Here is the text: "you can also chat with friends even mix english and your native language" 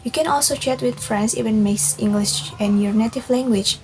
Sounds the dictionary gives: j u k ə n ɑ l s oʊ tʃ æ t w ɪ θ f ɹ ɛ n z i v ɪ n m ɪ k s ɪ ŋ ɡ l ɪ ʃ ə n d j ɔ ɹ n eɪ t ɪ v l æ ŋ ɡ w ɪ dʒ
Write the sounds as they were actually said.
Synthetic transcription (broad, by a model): j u k ə n ɑ l s oʊ tʃ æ t w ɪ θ f ɹ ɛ n s i v ɪ n m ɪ s ɪ ŋ ɡ l ɪ ʃ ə n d j ɔ ɹ n eɪ t ɪ v l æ ŋ ɡ w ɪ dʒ